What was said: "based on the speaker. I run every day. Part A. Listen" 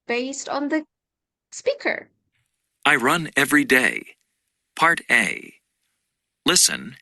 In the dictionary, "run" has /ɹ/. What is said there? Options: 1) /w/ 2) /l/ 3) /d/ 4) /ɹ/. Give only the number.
4